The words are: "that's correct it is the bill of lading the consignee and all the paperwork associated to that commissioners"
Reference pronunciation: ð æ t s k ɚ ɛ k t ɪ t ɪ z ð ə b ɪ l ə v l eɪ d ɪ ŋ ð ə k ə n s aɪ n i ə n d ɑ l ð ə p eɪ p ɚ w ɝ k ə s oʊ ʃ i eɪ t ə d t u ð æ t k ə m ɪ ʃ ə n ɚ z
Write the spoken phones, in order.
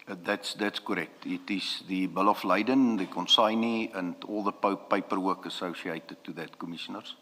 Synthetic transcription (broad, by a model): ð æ t s k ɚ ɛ k t ɪ t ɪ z ð ə b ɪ l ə f l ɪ d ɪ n ð ə k ə n s aɪ n i ə n d ɑ l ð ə p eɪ p ɚ w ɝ k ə s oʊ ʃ i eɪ t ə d t u ð æ t k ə m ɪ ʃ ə n ɚ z